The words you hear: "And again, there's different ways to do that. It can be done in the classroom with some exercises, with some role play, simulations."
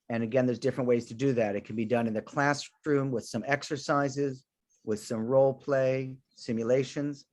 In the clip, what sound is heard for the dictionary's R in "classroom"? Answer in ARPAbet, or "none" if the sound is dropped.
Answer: R